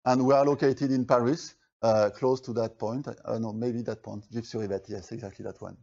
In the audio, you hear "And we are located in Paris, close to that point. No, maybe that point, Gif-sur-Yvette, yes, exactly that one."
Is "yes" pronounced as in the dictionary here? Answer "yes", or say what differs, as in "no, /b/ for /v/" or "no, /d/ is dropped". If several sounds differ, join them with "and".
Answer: yes